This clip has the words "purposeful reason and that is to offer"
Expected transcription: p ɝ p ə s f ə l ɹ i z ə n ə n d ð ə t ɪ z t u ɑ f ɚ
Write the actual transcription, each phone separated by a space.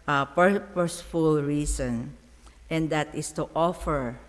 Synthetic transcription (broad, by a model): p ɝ p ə s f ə l ɹ i s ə n ə n d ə t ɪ s t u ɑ f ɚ